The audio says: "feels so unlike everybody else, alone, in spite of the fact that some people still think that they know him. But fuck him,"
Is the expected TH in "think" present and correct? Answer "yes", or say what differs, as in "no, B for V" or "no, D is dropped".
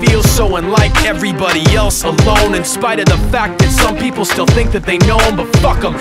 yes